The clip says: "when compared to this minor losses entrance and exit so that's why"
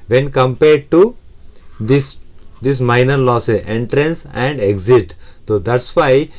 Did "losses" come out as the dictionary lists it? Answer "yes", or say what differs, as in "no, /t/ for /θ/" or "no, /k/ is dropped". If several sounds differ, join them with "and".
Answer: no, /z/ is dropped